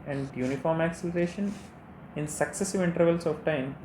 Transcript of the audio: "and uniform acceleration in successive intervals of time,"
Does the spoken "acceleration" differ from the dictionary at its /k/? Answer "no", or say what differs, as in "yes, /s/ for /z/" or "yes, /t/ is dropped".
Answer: no